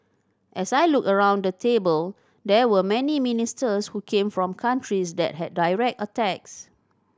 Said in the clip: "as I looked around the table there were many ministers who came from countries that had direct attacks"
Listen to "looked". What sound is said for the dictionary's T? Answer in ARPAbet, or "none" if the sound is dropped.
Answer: none